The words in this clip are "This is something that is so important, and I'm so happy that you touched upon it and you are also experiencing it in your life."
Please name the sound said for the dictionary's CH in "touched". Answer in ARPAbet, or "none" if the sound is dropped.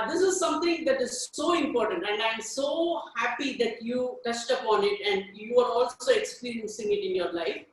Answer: S